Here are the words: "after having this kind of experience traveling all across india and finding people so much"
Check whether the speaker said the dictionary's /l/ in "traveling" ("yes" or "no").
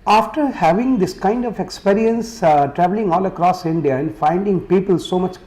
yes